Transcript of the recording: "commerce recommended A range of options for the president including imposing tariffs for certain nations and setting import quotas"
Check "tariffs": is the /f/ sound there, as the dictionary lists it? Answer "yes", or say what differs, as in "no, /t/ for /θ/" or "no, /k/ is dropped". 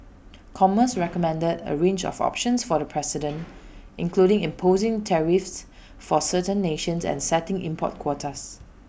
yes